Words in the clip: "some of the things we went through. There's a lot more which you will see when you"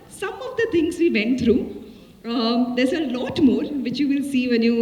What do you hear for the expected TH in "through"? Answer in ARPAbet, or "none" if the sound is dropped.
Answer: T